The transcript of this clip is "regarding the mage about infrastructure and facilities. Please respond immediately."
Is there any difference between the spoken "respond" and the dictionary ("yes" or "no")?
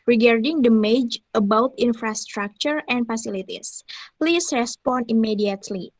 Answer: yes